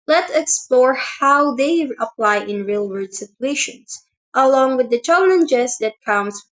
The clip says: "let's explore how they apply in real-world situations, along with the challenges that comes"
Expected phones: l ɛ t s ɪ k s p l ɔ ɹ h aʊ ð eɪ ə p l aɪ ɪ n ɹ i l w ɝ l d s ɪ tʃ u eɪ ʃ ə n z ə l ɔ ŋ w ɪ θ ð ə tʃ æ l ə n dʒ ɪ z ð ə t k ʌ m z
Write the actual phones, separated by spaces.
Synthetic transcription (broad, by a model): l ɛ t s ɪ k s p l ɔ ɹ h aʊ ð eɪ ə p l aɪ ɪ n ɹ i l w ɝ d s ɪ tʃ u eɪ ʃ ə n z ə l ɔ ŋ w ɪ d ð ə tʃ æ l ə n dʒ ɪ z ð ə t k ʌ m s